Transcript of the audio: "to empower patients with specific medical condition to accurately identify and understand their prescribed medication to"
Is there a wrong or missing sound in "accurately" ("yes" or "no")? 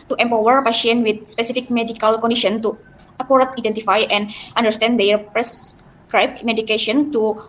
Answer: yes